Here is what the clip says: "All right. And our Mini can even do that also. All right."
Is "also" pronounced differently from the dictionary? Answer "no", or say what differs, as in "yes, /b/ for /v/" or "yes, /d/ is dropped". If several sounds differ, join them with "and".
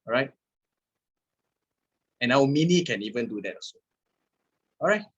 yes, /l/ is dropped